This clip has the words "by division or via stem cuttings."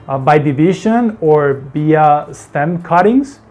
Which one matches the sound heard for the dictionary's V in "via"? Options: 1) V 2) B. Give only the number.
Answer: 2